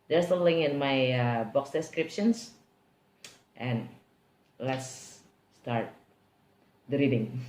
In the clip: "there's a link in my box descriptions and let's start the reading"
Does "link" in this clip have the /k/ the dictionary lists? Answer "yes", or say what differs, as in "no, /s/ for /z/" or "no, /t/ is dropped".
no, /k/ is dropped